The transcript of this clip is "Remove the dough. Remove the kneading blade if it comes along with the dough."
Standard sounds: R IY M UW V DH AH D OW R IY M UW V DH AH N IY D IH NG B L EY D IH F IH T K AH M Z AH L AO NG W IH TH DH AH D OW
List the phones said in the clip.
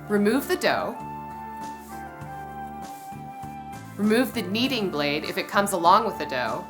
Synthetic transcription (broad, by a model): R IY M UW V DH AH D OW R IY M UW V DH AH N IY D IH NG B L EY D IH F IH T K AH M Z AH L AO NG W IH DH AH D OW